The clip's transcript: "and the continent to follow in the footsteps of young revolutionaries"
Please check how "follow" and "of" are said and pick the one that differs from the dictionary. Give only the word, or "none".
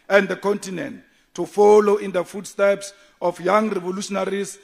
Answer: of